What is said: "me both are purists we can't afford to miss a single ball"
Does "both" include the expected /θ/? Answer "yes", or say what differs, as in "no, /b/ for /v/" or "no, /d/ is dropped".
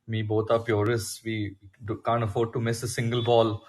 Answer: no, /t/ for /θ/